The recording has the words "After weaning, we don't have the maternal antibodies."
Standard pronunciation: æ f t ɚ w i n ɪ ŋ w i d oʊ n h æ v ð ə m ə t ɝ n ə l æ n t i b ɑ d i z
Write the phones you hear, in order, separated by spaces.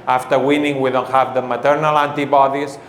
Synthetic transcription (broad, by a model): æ f t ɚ w i n ɪ ŋ w i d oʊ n h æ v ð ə m ə t ɝ n ə l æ n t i b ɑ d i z